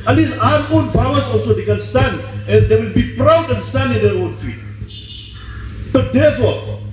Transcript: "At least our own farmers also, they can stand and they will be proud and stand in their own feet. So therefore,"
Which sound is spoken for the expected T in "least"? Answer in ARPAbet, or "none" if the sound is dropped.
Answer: none